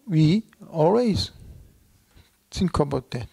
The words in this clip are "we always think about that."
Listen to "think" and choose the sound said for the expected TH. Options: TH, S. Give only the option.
S